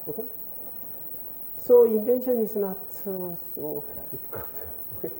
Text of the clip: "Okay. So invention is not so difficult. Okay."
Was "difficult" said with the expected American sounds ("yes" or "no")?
no